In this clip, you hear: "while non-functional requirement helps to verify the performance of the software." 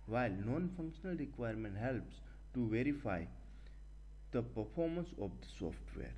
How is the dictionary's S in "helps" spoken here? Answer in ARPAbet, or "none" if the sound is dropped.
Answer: S